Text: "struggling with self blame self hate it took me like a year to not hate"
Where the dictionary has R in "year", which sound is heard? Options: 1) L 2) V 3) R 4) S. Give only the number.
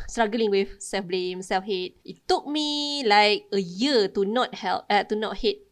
1